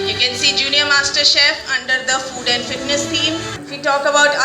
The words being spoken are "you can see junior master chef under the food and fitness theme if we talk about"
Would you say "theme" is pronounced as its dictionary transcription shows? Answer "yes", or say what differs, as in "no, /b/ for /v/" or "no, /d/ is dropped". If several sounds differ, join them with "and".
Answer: no, /t/ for /θ/